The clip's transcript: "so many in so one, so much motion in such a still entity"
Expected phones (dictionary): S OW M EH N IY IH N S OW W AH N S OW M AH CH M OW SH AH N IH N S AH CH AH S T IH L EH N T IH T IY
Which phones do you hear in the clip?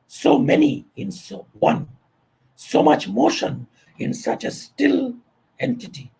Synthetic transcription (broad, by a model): S OW M EH N IY IH N S OW W AH N S OW M AH CH M OW SH AH N IH N S AH CH AH S T IH L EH N T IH T IY